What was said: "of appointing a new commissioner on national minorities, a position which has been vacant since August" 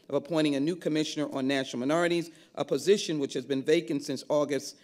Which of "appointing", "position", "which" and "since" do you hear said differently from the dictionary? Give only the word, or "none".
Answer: appointing